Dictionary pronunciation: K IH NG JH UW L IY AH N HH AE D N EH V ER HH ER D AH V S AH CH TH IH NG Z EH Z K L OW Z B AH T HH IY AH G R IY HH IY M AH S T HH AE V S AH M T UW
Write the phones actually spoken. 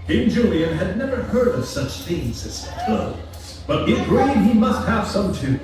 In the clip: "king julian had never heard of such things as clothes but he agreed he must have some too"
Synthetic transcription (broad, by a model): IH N JH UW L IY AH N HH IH D N EH V ER HH ER D AH V S AH CH TH IH NG Z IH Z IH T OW B AH T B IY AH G R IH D IY M AH S T HH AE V S AH M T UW